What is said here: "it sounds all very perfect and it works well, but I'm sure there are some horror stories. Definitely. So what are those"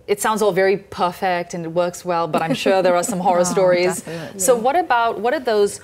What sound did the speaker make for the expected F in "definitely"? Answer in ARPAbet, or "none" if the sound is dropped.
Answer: none